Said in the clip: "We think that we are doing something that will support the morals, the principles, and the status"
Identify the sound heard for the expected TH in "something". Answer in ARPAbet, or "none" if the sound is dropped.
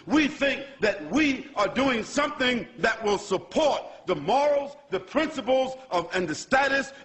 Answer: TH